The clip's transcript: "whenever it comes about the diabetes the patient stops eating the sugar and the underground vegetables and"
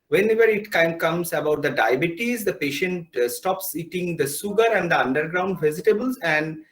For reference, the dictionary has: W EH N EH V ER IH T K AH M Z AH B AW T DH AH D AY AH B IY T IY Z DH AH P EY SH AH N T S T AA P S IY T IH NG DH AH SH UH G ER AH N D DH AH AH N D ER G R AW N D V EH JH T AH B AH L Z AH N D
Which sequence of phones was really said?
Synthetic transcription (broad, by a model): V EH N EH V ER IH T K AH M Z AH B AW T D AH D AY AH B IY T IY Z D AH P EY SH AH N T S T AA P S IY T IH NG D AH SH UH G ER AH N D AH AH N D ER G R AW N D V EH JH T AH B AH L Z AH N D